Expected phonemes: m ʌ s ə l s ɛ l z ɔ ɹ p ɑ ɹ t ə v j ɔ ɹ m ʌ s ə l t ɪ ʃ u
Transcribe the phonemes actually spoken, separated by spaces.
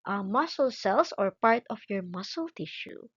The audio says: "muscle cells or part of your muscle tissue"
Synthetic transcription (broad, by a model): m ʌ s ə l s ɛ l s ɔ ɹ p ɑ ɹ t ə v j ɔ ɹ m ʌ s ə l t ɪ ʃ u